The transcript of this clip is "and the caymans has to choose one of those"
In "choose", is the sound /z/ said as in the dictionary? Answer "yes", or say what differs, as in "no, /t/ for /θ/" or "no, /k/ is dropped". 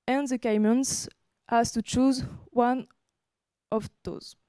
yes